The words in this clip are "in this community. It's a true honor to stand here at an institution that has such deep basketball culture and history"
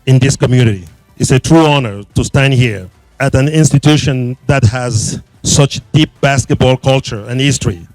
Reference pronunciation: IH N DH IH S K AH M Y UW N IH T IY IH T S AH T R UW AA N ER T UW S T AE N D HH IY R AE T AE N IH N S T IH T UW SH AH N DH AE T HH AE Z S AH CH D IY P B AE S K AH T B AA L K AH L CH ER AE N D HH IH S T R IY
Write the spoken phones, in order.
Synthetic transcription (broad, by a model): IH N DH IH S K AH M Y UW N IH T IY IH T S AH T R UW AA N ER T UW S T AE N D HH IY R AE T AE N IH N S T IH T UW SH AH N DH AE T HH AE Z S AH CH D IY P B AE S K AH T B AA L K AH L CH ER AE N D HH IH S T R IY